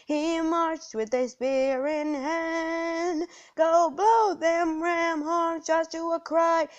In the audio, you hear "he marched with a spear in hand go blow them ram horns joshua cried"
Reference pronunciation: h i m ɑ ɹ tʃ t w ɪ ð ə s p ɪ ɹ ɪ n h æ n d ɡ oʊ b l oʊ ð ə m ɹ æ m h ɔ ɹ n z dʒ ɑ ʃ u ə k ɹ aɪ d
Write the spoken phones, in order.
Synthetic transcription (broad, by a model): h i m ɑ ɹ tʃ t w ɪ ð ə s p ɪ ɹ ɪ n h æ n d ɡ oʊ b oʊ ð ə m ɹ æ m h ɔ ɹ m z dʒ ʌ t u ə k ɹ aɪ